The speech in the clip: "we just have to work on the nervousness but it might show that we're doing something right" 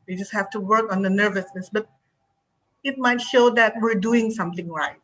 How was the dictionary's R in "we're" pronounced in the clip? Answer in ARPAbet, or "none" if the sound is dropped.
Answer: R